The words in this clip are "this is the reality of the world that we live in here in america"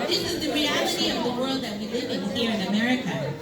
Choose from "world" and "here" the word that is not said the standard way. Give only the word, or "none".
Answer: none